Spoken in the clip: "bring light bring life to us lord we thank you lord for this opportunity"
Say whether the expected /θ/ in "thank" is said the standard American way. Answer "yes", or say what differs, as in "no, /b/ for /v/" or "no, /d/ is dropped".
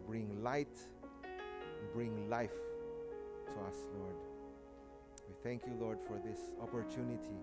yes